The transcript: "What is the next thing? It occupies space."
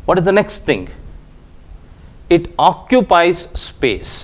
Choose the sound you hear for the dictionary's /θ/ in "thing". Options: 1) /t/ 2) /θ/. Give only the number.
1